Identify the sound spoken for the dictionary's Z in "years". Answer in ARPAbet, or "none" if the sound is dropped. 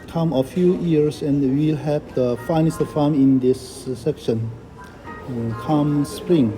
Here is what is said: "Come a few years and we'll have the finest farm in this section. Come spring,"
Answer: S